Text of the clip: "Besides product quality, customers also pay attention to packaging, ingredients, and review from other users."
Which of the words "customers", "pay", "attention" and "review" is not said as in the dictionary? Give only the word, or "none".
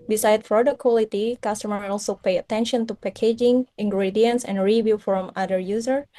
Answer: customers